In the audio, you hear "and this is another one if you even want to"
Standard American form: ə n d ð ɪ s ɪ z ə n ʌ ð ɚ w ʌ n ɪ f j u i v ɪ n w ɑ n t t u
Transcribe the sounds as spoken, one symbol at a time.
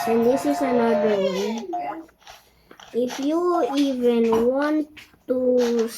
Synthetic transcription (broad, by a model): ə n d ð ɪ s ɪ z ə n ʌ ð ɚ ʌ ɪ f j u i v ɪ n w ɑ n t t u